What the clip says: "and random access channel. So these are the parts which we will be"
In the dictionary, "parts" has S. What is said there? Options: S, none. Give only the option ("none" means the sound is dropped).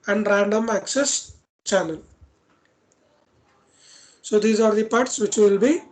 S